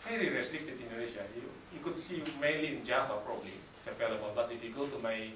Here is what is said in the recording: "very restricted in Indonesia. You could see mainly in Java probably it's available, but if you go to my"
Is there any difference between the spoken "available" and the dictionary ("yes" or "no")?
yes